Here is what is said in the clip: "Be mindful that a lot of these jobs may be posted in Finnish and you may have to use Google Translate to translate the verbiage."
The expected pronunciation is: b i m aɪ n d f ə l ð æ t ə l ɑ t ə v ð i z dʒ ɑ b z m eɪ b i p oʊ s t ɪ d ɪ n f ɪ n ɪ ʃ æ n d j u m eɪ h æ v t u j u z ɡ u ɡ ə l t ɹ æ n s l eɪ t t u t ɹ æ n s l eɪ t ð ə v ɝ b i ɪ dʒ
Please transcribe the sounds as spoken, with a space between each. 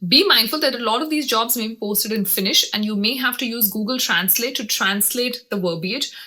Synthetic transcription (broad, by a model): b i m aɪ n d f ə l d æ t ə l ɑ t ə v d i z dʒ ɑ b z m eɪ b i p oʊ s t ɪ d ɪ n f ɪ n ɪ ʃ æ n d j u m eɪ h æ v t u j u z ɡ u ɡ ə l t ɹ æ n s l eɪ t t u t ɹ æ n s l eɪ t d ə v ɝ b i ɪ dʒ